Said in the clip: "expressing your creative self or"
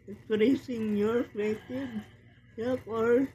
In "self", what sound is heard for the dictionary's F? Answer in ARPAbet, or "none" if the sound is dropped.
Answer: P